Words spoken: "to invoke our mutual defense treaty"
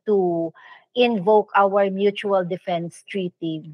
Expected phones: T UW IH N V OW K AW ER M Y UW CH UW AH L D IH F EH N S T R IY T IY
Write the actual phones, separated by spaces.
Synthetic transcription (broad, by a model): T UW IH N V OW K AW ER M Y UW CH UW AH L D IH F EH N S T R IY T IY